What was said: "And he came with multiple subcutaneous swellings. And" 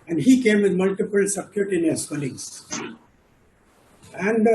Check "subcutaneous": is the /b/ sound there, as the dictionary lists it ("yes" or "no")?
no